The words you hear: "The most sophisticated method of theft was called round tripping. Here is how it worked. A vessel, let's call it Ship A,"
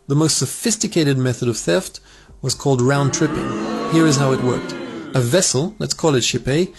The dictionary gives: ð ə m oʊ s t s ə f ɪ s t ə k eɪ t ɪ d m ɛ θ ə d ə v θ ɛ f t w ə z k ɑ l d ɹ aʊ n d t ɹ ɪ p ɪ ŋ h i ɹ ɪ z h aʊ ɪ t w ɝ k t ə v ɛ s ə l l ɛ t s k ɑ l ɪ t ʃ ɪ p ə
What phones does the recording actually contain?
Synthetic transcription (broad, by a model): ð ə m oʊ s t s ə f ɪ s t ə k eɪ t ɪ d m ɛ θ ə d ə v θ ɛ f t w ə z k ɑ l d ɹ aʊ n t ɹ ɪ p ɪ ŋ h i ɹ ɪ z h aʊ ɪ t w ɝ k t ə v ɛ s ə l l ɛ t s k ɑ l ɪ t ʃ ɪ p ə